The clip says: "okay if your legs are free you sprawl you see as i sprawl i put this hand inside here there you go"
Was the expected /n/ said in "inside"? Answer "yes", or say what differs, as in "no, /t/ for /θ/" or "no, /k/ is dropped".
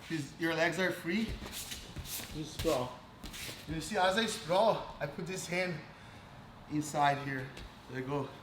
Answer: yes